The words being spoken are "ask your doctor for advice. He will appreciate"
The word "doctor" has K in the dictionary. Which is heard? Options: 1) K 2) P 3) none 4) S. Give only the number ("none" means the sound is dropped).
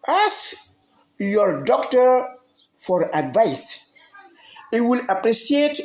1